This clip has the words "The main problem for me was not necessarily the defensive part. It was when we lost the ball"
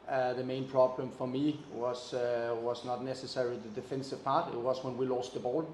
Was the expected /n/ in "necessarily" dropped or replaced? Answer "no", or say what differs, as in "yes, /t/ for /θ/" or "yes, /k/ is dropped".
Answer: no